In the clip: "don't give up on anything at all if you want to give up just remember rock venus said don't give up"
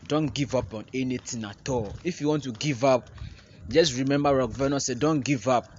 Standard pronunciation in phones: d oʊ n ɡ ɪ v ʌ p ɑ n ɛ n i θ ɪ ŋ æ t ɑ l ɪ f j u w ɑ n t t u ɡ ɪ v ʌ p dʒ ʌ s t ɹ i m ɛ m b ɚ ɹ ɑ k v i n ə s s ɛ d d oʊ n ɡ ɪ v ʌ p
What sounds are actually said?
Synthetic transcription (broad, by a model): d oʊ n ɡ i v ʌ p ɑ n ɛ n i t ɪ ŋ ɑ t ɑ l ɪ f j u w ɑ n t t u ɡ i v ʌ p dʒ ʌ s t ɹ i m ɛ m b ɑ ɹ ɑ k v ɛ n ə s s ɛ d d oʊ n ɡ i v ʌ p